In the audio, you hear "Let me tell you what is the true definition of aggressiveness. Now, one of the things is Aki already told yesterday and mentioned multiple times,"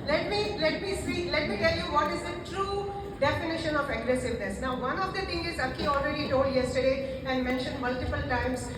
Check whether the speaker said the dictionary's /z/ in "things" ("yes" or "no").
no